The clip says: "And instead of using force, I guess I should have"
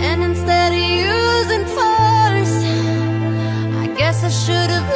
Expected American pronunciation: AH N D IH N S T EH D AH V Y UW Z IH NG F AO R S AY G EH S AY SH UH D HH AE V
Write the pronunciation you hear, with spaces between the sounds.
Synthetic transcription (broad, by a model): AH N IH N S T EH D AH V Y UW Z IH NG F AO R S AY G EH S AY SH UH D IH V